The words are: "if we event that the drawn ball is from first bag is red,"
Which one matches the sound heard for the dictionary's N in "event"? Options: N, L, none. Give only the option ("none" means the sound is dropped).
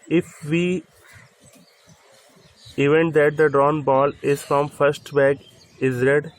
N